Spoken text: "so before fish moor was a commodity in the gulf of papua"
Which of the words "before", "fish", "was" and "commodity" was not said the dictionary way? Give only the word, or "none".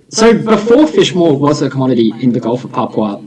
none